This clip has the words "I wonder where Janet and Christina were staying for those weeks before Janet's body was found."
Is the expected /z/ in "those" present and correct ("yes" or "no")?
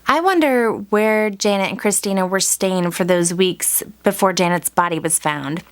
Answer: yes